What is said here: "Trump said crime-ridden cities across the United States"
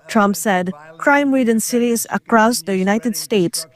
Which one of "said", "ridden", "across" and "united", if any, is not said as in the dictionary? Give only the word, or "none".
ridden